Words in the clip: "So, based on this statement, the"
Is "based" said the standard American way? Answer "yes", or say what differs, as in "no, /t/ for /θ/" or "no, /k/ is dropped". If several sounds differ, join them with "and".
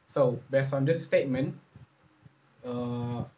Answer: no, /t/ is dropped